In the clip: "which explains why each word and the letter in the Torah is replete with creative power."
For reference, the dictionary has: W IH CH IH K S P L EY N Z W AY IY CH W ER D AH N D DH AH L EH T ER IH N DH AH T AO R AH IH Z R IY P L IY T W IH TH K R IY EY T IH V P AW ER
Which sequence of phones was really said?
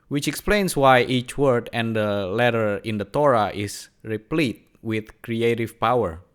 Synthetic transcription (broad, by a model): W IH CH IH K S P L EY N S W AY IY CH W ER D AH N D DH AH L EH T ER IH N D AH T AO R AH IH S R IY P L IY T W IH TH K R IY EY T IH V P AW ER